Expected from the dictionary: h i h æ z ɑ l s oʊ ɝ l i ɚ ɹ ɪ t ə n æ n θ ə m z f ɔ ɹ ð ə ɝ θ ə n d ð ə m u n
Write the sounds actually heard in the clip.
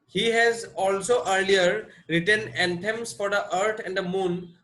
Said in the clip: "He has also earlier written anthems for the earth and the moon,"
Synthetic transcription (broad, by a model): h i h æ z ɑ l s oʊ ɝ l i ɚ ɹ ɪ t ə n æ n t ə m s f ɔ ɹ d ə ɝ t ə n d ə m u n